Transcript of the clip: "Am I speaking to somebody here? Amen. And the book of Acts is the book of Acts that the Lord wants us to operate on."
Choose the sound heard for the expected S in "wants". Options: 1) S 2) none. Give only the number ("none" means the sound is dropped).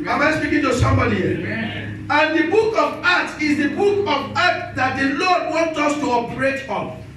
2